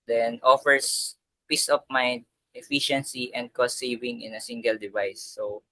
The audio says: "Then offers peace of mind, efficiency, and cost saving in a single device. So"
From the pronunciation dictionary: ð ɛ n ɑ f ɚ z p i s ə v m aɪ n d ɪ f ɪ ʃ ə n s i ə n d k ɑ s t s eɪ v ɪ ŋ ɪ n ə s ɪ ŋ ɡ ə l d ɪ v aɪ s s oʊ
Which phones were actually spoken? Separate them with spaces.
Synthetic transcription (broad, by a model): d ɛ n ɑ f ɚ s p i s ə p m aɪ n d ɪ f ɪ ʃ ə n s i ə n d k ɑ s t s eɪ v ɪ ŋ ɪ n ə s ɪ ŋ ɡ ə l d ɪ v aɪ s s oʊ